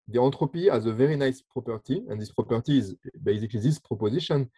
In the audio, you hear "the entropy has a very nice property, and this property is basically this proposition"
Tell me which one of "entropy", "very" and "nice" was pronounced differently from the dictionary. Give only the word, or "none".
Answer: entropy